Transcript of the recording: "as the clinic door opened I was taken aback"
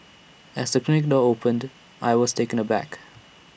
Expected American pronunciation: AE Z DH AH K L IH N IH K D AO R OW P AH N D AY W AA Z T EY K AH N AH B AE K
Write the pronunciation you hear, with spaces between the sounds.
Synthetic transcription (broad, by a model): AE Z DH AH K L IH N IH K D AO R OW P AH N D AY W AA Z T EY K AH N AH B AE K